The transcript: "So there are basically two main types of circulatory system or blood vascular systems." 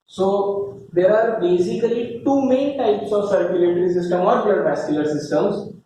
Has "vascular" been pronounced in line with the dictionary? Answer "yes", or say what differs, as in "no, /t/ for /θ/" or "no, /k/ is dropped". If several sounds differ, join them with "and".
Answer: no, /b/ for /v/